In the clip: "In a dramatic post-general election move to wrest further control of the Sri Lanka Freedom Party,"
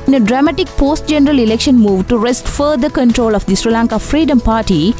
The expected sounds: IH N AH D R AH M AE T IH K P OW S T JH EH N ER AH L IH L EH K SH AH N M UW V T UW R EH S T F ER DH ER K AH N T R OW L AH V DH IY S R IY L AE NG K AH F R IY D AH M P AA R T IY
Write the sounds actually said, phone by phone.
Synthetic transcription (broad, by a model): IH N AH D R AH M AE T IH K P OW S T JH EH N ER AH L IH L EH K SH AH N M UW V T UW R EH S T F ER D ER K AH N T R OW L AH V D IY S R IY L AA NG K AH F R IY D AH M P AA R T IY